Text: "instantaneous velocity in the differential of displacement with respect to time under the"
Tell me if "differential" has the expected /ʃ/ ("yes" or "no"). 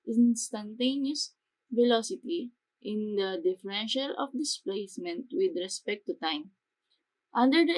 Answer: yes